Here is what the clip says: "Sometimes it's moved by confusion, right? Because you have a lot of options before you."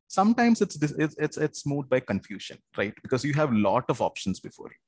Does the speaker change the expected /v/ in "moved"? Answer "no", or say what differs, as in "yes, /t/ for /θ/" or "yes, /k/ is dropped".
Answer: yes, /v/ is dropped